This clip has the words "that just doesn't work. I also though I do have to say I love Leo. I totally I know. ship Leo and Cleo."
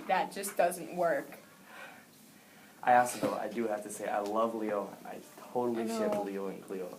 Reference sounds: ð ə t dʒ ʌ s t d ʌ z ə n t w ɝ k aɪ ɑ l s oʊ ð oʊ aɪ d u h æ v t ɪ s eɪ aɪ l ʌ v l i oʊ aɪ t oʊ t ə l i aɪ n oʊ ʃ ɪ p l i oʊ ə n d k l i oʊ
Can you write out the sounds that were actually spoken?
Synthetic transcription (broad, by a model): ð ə t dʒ ʌ s d ʌ z ə n t w ɝ k aɪ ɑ s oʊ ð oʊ aɪ d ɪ h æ f t ɪ s eɪ aɪ l ʌ v l i oʊ aɪ t oʊ t l i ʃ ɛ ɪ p l i oʊ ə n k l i oʊ